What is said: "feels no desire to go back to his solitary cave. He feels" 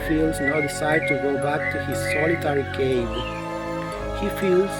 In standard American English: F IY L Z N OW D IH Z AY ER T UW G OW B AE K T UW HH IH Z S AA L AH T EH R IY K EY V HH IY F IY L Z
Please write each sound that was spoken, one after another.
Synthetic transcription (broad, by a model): F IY L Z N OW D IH S AY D T UW G OW B AE K T UW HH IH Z S AA L AH T EH R IY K EY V HH IY F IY L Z